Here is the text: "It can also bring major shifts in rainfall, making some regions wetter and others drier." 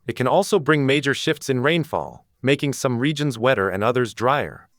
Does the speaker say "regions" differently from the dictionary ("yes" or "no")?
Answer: no